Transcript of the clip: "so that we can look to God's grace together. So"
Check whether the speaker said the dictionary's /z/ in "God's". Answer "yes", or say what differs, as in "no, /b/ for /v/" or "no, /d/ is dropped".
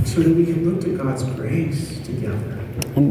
yes